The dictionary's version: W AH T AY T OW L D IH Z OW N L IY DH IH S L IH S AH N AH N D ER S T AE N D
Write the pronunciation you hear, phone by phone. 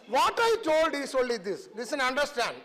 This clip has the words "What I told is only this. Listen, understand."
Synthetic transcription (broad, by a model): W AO T AY T OW L D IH S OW L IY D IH S L IH S AH N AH N D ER S T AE N D